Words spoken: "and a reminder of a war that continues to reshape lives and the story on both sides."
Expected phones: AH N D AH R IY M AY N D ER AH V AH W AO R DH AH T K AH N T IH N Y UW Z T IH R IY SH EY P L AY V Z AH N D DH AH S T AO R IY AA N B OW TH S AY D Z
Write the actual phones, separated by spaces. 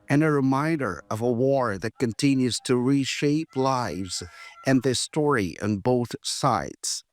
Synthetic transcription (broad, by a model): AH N AH R IY M AY N D ER AH V AH W AO R DH AH T K AH N T IH N Y UW Z T IH R IY SH EY P L AY V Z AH N DH AH S T AO R IY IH N B OW TH S AY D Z